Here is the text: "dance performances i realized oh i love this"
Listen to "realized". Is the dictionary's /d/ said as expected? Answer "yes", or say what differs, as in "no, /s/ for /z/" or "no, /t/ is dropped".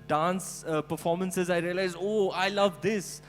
no, /d/ is dropped